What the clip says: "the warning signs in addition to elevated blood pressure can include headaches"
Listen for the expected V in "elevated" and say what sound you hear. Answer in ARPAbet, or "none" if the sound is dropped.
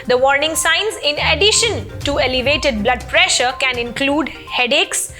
V